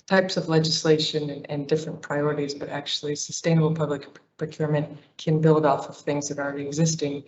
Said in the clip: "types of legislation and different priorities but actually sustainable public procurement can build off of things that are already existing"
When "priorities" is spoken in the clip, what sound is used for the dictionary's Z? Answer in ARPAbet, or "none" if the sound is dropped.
Z